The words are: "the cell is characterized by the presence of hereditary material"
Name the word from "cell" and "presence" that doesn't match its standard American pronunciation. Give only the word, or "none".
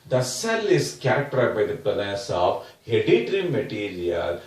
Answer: presence